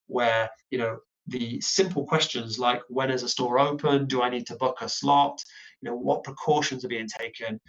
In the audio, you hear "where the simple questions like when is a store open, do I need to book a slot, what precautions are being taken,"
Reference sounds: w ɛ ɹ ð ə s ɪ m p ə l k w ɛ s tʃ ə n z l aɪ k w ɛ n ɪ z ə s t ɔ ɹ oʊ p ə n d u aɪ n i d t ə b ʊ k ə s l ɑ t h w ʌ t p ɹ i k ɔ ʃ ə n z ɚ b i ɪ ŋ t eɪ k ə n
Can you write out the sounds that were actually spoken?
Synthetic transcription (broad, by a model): w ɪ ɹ ð ə s ɪ m p ə l k w ɛ s tʃ ə n z l aɪ k w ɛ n ɪ z ə s t ɔ ɹ oʊ p ə n d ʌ aɪ n i d t ə b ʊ k ə s l ɑ t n w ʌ t p ɹ i k ɔ ʃ ə n z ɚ b i ɪ ŋ t eɪ k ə n